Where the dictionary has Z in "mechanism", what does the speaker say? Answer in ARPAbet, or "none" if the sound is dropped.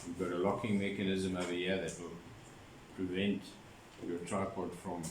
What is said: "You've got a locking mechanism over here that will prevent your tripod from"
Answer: Z